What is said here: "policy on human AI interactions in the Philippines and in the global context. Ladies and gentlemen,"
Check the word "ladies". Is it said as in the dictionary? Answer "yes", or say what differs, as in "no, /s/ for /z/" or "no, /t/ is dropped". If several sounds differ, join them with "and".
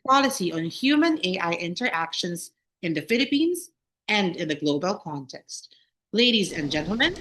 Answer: yes